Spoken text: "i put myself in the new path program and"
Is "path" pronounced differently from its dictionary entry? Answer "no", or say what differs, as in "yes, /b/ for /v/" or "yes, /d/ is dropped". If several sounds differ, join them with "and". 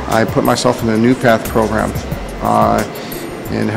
no